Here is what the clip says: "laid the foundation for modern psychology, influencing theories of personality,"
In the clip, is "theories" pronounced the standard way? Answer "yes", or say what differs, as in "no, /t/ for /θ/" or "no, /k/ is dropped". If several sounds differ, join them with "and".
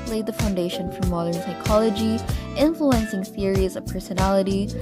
yes